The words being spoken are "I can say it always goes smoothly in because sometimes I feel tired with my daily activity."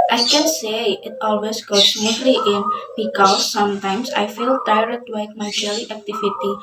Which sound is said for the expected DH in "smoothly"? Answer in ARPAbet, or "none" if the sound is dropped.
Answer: none